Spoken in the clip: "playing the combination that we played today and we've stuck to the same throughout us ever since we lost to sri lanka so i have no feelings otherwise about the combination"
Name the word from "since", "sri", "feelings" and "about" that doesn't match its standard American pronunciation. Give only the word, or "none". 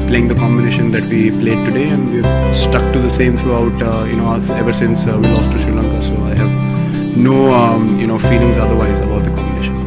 sri